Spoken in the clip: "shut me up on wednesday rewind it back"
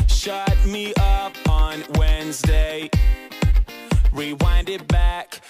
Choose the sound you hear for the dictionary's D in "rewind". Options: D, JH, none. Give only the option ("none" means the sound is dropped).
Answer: D